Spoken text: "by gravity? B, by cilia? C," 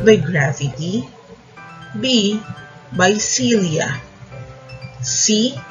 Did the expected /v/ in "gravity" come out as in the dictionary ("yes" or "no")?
no